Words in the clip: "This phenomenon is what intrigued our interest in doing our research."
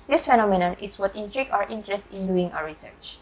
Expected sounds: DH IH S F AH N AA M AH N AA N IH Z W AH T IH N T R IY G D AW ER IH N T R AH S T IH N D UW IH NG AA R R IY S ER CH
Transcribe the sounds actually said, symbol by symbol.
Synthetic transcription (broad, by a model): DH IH S F AH N AA M AH N AA N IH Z W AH T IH N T R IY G AW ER IH N T R AH S T IH N D UW IH NG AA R R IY S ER CH